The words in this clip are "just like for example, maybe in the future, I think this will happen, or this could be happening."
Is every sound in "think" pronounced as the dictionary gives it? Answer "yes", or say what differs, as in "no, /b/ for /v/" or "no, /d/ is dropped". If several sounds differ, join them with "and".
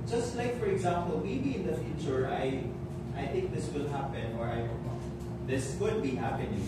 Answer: yes